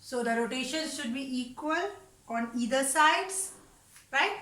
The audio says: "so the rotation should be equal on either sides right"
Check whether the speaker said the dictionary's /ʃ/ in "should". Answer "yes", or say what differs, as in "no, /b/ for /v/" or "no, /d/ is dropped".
yes